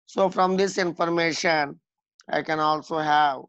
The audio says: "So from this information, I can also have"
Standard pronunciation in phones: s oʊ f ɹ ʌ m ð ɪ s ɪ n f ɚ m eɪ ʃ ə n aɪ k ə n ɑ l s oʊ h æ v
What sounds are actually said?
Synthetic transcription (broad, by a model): s oʊ f ɹ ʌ m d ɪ s ɪ n f ɚ m eɪ ʃ ə n aɪ k ə n ɑ l s oʊ h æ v